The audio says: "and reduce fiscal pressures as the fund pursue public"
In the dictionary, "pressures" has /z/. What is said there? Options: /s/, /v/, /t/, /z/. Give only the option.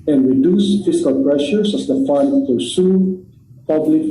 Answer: /s/